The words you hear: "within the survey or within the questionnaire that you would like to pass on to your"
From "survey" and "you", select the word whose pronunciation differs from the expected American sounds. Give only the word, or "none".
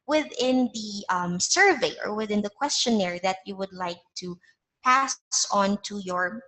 none